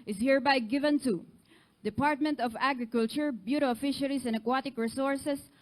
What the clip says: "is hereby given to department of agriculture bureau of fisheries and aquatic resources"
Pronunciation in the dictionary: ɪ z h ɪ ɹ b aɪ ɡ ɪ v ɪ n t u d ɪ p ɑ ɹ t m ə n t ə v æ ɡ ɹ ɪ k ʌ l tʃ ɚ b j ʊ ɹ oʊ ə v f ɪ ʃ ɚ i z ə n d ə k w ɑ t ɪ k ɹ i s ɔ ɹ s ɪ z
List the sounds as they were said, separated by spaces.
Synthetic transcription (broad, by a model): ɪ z h ɪ ɹ b aɪ ɡ ɪ v ɪ n t u d ɪ p ɑ ɹ t m ə n t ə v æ ɡ ɹ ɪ k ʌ l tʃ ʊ b j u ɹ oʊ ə f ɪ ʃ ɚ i s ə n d ə k w ɑ t ɪ k ɹ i s ɔ ɹ s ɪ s